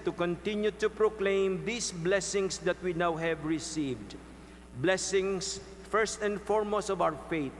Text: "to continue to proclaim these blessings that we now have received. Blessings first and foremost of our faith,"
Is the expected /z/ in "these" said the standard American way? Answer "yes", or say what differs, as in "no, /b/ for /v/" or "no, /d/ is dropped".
no, /s/ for /z/